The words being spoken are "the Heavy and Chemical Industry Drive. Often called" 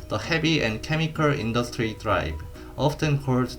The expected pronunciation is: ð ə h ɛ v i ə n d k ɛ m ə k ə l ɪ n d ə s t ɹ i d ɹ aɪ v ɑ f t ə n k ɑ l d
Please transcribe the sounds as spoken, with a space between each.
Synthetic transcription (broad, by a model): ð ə h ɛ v i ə n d k ɛ m ə k ə l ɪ n d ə s t ɹ i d ɹ aɪ b ɑ f t ə n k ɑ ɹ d